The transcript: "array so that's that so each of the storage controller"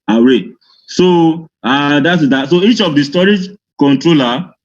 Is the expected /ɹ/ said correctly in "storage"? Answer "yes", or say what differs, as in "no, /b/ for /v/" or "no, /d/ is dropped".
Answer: yes